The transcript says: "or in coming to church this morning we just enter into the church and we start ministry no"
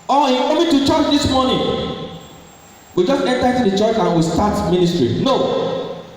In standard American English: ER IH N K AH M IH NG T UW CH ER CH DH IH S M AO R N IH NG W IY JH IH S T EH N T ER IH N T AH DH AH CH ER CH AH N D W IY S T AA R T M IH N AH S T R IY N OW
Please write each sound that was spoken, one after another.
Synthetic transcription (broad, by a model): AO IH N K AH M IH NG T UW CH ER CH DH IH S M AO N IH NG W IY JH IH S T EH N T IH T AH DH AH CH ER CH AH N W IY S T AA T M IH N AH S T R IY N OW